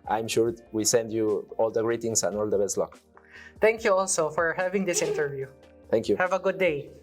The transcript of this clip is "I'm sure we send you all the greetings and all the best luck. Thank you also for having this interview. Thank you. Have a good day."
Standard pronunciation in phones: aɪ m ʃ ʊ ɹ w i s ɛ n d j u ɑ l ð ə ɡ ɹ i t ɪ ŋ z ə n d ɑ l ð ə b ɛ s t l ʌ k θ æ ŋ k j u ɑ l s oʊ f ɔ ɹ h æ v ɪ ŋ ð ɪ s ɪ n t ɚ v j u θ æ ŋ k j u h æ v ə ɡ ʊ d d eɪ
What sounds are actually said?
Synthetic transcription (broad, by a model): aɪ m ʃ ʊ ɹ w i s ɛ n d j u ɑ l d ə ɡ ɹ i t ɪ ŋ s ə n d ɑ l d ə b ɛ s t l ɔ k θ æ ŋ k j u ɑ l s oʊ f ɔ ɹ h æ v ɪ ŋ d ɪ s ɪ n t ɚ v j u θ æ ŋ k j u h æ v ə ɡ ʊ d d eɪ